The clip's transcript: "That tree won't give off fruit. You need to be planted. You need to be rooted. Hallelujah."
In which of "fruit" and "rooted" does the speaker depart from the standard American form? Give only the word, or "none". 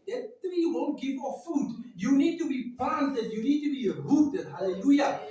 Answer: fruit